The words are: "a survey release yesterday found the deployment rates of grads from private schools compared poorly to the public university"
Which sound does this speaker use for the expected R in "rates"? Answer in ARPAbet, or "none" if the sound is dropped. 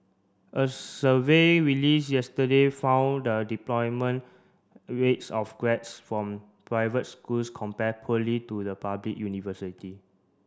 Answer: R